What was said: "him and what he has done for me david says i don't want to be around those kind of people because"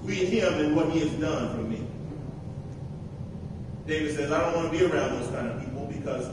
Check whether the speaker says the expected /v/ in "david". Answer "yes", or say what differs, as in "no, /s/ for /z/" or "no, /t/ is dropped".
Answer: yes